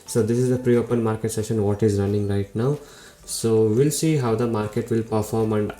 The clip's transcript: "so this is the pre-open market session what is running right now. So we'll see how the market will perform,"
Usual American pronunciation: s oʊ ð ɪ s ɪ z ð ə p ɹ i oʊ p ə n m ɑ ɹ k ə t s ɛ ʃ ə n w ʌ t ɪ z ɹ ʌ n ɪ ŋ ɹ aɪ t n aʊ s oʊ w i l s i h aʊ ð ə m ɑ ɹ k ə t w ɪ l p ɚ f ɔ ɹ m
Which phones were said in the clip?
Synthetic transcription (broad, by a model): s oʊ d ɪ s ɪ z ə p ɹ i oʊ p ə n m ɑ ɹ k ə t s ɛ ʃ ə n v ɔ t ɪ z ɹ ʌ n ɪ ŋ ɹ aɪ t n aʊ s oʊ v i l s i h aʊ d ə m ɑ ɹ k ə t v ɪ l p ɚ f ɔ ɹ m